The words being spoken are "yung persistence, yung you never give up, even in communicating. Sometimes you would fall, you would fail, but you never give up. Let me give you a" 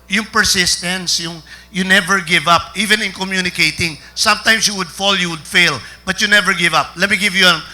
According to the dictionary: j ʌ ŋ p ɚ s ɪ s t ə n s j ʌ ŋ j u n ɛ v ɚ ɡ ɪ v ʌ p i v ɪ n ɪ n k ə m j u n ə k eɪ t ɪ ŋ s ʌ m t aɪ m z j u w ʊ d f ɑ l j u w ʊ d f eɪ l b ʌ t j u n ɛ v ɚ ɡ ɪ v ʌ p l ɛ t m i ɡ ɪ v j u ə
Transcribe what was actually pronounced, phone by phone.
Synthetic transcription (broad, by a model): j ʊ ŋ p ɚ s ɪ s t ə n s j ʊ ŋ j u n ɛ v ɚ ɡ ɪ v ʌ p i v ɪ n ɪ n k ə m j u n ə k eɪ t ɪ ŋ s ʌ m t aɪ m s j u w ʊ d f ɑ l j u w ʊ d f eɪ l b ʌ t j u n ɛ v ɚ ɡ ɪ v ʌ p l ɛ t m i ɡ ɪ v j u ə